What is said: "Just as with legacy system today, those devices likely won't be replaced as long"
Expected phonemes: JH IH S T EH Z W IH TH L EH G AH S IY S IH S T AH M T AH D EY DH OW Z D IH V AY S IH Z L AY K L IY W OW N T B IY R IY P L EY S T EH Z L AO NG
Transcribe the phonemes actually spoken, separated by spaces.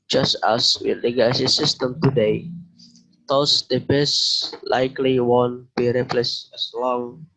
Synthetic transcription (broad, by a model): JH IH S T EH S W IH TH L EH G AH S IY S IH S T AH M T AH D EY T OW S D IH B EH S L AY K L IY W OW N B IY R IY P L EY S EH S L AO NG